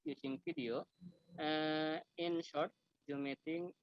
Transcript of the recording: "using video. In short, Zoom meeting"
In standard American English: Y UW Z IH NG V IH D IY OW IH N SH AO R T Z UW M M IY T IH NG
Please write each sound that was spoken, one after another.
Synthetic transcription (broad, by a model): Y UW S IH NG F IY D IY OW IH N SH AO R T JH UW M M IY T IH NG